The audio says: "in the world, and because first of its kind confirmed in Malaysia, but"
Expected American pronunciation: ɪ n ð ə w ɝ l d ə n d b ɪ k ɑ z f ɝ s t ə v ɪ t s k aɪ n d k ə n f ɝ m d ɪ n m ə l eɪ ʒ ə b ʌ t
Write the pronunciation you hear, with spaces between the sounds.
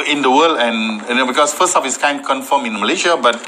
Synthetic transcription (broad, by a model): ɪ n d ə w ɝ l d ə n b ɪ k ɑ s f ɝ s t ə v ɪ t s k aɪ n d k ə n f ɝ m ɪ n m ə l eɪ ʃ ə b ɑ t